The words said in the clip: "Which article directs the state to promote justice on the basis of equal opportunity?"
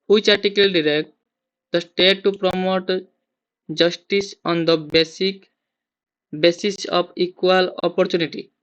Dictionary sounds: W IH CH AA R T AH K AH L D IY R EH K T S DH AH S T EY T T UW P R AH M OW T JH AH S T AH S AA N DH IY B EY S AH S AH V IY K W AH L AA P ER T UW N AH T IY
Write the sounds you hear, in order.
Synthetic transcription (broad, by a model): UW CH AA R T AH K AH L D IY R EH K T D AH S T EY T T UW P R AH M OW T JH AH S T AH S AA N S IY B EY S AH S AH P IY K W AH L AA P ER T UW N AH T IY